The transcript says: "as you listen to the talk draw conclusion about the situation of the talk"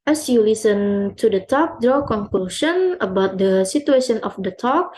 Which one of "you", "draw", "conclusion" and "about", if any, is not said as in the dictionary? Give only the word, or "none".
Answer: conclusion